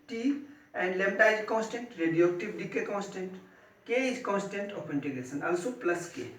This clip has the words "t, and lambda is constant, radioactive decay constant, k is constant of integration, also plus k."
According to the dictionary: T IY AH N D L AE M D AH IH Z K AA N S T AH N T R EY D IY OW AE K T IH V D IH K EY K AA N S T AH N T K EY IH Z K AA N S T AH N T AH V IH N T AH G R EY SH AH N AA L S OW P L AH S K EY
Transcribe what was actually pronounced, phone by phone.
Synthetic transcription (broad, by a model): T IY AH N D L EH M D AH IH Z K AA N S T AH N T R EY D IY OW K T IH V D IH K EY K AA N S T AH N T K EY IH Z K AA N S T AH N T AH P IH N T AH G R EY S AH N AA L S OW P L AH S K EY